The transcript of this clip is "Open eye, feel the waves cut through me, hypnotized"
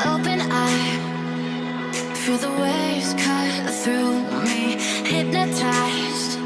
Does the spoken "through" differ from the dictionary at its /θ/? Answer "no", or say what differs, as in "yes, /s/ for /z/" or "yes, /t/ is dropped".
no